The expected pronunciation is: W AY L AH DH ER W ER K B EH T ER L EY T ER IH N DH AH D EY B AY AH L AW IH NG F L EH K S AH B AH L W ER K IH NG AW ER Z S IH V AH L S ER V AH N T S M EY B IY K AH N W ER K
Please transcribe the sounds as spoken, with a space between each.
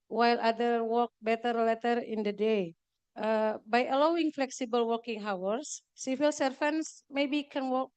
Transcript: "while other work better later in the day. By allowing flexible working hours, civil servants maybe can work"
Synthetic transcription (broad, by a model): W AY L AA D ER W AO K B EH T ER L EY T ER IH N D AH D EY B AY AH L AW IH NG F L EH K S AH B AH L W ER K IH NG AW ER S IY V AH L S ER F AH N S M EY B IY K AH N W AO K